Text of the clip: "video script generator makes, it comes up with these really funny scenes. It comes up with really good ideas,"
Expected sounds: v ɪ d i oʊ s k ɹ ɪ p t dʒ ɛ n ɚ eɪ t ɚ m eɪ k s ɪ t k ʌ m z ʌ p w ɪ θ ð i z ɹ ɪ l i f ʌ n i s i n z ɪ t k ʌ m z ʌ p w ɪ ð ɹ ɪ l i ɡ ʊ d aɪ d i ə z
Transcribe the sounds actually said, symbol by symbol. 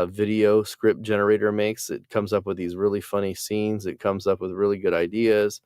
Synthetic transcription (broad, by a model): v ɪ d i oʊ s k ɹ ɪ p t dʒ ɛ n ɚ eɪ t ɚ m eɪ k s ɪ t k ʌ m z ʌ p w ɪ ð i z ɹ ɪ l i f ʌ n i s i n z ɪ t k ʌ m z ʌ p w ɪ ð ɹ ɪ l i ɡ ʊ d aɪ d i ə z